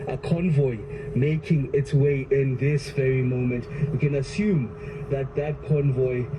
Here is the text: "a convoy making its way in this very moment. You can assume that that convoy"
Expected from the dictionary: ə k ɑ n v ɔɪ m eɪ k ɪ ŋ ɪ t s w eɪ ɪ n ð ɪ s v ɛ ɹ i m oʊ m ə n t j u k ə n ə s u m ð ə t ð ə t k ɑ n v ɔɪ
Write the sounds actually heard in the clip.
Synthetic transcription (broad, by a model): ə k ɑ n v ɔɪ m eɪ k ɪ ŋ ɪ t s w eɪ ɪ n ð ɪ s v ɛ ɹ i m oʊ m ə n t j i k ə n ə s u m ð ə t ð ə t k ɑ n v ɔɪ